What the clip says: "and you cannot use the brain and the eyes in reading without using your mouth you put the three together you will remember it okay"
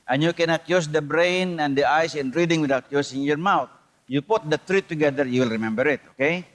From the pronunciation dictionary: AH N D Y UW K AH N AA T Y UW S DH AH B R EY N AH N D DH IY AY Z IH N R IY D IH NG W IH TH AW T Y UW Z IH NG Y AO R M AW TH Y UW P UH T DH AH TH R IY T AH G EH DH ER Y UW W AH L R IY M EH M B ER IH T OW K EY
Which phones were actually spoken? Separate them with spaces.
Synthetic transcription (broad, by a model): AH N Y UW K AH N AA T Y UW S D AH B R EY N AH N D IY AY S IH N R IY D IH NG W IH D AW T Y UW S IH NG Y AO R M AW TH Y UW P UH T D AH T R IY T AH G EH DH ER Y UW W AH L R IY M EH M B ER IH T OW K EY